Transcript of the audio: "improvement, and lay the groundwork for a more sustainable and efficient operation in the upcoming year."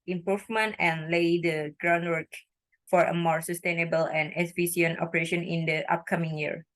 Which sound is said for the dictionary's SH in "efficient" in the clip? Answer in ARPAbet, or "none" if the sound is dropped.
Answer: none